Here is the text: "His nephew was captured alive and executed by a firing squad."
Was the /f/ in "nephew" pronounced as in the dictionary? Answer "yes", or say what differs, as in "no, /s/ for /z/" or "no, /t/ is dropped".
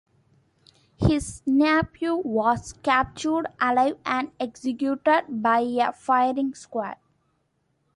no, /p/ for /f/